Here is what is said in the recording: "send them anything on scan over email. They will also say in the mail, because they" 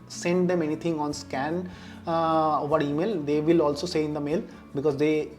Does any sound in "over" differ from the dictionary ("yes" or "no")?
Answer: no